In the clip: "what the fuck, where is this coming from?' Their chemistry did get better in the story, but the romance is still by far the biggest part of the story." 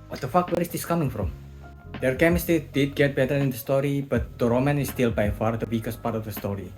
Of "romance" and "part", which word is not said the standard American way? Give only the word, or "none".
romance